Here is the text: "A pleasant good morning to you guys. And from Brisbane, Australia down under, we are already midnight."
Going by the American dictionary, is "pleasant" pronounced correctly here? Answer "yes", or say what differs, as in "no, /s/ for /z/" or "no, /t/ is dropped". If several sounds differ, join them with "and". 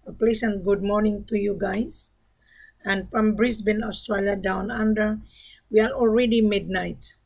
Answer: no, /s/ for /z/